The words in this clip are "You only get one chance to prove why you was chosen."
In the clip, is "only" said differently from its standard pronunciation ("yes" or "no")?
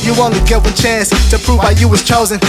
yes